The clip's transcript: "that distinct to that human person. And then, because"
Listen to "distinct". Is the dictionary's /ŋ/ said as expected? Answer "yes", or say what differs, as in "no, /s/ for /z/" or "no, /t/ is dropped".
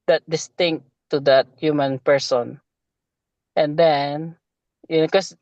yes